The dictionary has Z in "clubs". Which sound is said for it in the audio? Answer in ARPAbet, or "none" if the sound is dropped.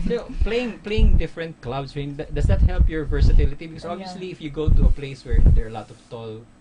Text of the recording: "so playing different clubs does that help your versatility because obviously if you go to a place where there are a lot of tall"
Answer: S